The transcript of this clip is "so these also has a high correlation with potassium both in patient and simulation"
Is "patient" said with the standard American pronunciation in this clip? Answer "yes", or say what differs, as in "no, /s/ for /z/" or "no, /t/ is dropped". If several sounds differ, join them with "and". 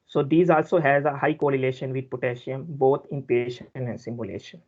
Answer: no, /t/ is dropped